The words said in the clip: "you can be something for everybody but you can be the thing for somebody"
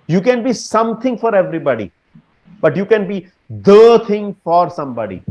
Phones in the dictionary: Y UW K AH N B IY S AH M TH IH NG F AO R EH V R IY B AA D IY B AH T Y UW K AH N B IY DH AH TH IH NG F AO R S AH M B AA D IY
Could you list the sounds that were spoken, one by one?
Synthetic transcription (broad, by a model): Y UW K AH N B IY S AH M T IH NG F AO R EH V R IY B AA D IY B AH T Y UW K AH N B IY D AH T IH NG F AO R S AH M B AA D IY